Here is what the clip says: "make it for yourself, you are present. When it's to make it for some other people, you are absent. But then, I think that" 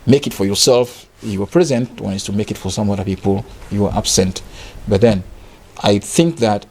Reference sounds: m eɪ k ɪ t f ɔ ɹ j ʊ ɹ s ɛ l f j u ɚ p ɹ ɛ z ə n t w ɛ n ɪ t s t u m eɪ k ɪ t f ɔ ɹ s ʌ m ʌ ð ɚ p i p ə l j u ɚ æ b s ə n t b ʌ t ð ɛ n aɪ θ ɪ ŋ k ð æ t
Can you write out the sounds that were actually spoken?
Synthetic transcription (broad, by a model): m eɪ k ɪ t f ɔ ɹ j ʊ ɹ s ɛ l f j u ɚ p ɹ ɛ z ə n t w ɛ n ɪ t s t u m eɪ k ɪ t f ɔ ɹ s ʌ m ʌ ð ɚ p i p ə l j u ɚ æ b s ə n t b ʌ t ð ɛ n aɪ θ ɪ ŋ k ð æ t